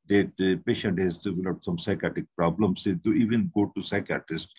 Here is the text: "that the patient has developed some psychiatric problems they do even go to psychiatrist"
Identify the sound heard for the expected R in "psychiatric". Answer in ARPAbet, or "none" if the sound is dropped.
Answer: none